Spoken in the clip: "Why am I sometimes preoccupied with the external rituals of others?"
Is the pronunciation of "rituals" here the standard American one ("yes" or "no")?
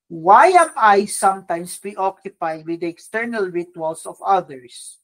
no